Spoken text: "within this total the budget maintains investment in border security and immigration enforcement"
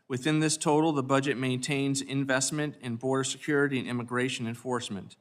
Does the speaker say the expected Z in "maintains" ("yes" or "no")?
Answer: yes